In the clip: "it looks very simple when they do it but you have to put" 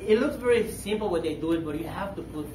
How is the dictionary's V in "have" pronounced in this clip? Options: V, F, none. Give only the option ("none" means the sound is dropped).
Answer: F